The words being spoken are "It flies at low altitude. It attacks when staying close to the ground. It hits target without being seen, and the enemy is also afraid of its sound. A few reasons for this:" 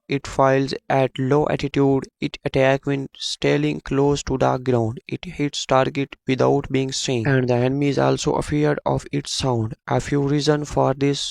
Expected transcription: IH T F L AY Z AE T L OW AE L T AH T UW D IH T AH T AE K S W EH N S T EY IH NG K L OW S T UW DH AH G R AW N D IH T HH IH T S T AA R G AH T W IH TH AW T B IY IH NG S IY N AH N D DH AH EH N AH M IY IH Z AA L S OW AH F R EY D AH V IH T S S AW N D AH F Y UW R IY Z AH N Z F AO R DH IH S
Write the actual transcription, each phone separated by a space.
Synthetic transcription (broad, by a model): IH T F AY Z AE T L OW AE T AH T UW D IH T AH T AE K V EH N S T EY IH NG K L OW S T UW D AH G R AW N D IH T HH IH T S T AA R G AH T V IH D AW T B IY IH NG S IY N AH N D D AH EH N AH M IY IH Z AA L S OW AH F R D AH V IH T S S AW N D AH F Y UW R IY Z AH N F AO R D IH S